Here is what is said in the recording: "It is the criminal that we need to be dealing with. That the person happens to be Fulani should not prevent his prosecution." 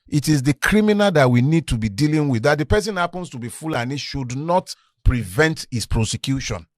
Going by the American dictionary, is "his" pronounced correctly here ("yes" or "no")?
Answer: no